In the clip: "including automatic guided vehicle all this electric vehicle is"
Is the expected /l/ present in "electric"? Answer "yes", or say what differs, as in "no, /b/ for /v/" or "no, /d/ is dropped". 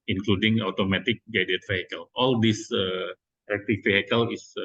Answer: no, /l/ is dropped